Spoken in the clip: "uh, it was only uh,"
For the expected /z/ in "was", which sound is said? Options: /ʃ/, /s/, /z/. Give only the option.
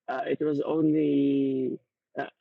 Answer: /z/